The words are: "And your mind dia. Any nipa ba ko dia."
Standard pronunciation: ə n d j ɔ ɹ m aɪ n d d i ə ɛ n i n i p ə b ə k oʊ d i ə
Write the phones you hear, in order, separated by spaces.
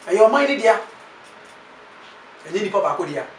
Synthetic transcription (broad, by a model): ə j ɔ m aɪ d d i ə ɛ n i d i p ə b ə k oʊ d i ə